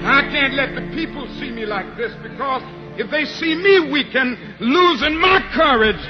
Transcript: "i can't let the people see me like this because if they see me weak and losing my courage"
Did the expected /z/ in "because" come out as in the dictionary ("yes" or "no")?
yes